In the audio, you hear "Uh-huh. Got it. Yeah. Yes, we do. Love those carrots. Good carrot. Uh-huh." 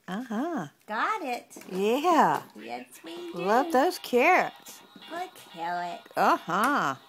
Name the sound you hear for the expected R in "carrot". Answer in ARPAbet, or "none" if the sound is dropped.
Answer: L